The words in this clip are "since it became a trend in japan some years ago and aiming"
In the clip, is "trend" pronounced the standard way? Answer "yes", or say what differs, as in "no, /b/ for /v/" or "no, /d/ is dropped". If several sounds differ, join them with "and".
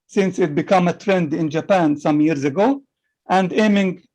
yes